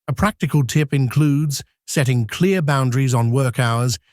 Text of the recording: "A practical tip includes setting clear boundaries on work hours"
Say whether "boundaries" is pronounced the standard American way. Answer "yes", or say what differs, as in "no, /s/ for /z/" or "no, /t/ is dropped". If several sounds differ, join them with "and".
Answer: yes